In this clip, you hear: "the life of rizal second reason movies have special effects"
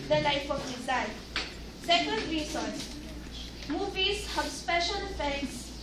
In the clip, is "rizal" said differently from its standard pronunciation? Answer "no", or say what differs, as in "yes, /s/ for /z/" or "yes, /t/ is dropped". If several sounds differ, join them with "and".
yes, /n/ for /l/